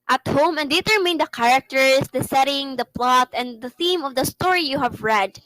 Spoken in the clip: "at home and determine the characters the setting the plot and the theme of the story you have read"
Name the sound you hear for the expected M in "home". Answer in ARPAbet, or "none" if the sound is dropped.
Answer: M